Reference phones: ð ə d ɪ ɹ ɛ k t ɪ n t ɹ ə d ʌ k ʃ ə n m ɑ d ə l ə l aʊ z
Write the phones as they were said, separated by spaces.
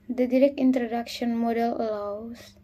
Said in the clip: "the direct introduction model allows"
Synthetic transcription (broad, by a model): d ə d ɪ ɹ ɛ k t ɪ n t ɹ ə d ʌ k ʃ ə n m ɑ d ə l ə l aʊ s